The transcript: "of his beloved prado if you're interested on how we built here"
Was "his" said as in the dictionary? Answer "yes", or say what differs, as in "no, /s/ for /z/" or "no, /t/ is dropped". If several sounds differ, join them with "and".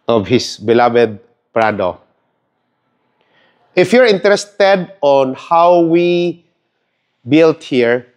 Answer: no, /s/ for /z/